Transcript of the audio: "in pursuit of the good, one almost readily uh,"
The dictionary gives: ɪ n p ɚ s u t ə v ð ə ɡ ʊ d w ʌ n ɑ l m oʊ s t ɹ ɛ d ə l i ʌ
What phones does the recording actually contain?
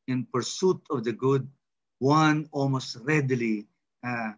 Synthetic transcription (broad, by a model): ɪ n p ɚ s u t ə v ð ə ɡ ʊ d w ʌ n ɑ l m oʊ s t ɹ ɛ d l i